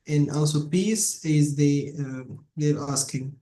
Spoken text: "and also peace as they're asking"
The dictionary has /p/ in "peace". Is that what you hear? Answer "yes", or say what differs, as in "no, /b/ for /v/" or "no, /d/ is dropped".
yes